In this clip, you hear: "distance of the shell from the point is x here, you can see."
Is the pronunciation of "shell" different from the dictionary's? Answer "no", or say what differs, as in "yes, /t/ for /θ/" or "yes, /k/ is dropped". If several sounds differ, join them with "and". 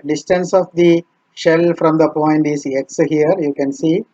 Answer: no